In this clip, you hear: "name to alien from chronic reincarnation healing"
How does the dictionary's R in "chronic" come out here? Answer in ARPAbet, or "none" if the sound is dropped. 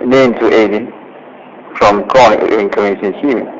none